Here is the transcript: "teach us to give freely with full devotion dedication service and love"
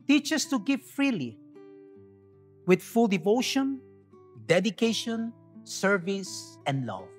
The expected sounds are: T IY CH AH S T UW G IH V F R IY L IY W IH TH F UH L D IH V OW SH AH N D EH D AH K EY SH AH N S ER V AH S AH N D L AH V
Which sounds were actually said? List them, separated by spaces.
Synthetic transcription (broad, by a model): T IY CH AH S T UW G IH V F R IY L IY W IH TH F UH L D IH V OW SH AH N D EH D AH K EY SH AH N S ER V AH S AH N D L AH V